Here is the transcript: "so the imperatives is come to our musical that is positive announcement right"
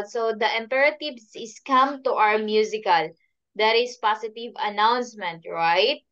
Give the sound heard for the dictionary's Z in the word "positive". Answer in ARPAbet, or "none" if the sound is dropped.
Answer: S